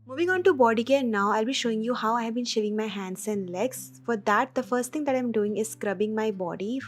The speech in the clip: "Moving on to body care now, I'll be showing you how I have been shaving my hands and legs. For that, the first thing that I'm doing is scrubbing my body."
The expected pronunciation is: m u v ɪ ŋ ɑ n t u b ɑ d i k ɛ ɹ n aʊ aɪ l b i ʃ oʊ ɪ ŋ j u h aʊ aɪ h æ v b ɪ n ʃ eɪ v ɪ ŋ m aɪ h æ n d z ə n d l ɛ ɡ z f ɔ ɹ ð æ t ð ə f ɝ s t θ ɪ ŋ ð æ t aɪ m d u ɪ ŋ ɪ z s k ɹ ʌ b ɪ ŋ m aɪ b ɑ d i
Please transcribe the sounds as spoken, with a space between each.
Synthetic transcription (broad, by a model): m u v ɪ ŋ ɑ n t u b ɑ d i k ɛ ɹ n aʊ aɪ l b i ʃ oʊ ɪ ŋ j u h aʊ aɪ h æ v b ɪ n ʃ eɪ v ɪ ŋ m aɪ h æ n d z ə n d l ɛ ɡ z f ɔ ɹ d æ t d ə f ɝ s t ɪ ŋ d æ t aɪ m d u ɪ ŋ ɪ z s k ɹ ʌ b ɪ ŋ m aɪ b ɑ d i